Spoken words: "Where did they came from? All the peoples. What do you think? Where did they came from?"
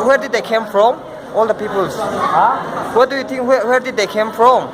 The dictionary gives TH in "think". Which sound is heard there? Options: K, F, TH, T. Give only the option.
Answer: T